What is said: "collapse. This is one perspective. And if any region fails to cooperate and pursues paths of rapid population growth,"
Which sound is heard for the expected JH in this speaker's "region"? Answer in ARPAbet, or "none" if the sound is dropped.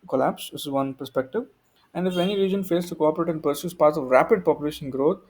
JH